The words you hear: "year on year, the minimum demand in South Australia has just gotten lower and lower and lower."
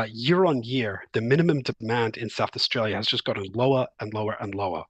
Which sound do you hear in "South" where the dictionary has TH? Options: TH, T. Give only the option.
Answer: TH